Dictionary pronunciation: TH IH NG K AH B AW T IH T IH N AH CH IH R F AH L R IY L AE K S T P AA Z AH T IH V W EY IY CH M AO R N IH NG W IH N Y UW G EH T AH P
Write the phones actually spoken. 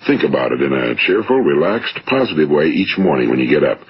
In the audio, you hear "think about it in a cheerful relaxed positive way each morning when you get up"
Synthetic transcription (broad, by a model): TH IH NG K AH B AW T IH T IH N AH CH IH R F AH L R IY L AE K S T P AA Z AH T IH V W EY IY CH M AO R N IH NG W IH N Y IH G EH T AH P